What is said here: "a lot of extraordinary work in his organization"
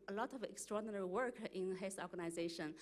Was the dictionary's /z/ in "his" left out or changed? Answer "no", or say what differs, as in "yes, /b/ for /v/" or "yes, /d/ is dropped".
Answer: yes, /s/ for /z/